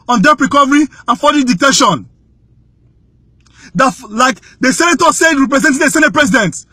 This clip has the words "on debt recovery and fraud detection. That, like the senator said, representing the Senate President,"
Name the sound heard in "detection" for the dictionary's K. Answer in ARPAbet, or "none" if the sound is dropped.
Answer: none